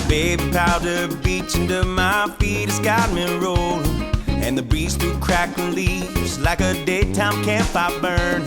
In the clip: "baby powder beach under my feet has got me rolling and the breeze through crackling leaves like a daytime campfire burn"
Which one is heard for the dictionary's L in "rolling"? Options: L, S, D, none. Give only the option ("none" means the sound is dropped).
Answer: none